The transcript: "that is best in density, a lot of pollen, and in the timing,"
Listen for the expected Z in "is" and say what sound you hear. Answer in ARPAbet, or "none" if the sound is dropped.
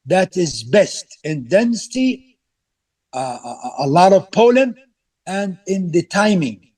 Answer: Z